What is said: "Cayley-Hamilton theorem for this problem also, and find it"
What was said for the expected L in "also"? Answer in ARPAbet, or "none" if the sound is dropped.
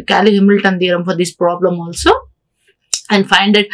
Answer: L